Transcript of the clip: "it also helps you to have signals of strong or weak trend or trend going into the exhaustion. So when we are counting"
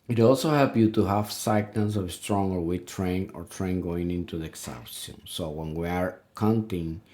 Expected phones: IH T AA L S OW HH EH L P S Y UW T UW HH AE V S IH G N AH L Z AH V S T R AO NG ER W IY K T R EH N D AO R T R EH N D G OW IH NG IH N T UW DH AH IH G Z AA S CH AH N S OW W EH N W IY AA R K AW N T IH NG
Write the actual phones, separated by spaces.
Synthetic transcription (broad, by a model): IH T AA L S OW HH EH L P Y UW T UW HH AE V S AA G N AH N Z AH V S T R AO NG ER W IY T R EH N AO R T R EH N G OW IH NG IH N T UW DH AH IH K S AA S AH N S OW W EH N W IY AA R K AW N T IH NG